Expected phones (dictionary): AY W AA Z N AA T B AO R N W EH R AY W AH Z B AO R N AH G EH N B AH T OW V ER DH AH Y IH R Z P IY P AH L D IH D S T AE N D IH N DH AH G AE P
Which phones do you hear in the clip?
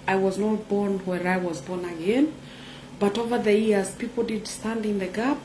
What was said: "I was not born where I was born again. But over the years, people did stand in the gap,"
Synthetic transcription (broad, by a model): AY W AA Z N AA T B AO R N W EH R AY W AH Z B AO R N AH G EH N B AH T OW V ER DH AH Y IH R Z P IY P L D IH D S T AE N D IH N DH AH G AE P